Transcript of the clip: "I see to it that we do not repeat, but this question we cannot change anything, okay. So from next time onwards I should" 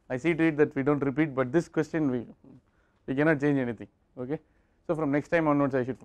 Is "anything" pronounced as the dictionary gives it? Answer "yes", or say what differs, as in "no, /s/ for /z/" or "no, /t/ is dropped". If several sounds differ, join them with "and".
no, /t/ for /θ/